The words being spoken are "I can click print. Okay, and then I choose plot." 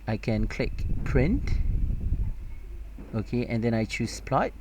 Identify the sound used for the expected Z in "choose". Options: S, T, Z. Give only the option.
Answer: S